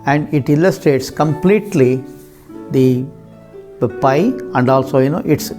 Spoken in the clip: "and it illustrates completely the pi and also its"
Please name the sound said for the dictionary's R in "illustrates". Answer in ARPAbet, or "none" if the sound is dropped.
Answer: R